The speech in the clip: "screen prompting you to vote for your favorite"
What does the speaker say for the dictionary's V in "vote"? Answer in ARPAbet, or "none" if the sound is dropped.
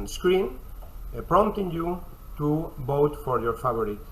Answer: B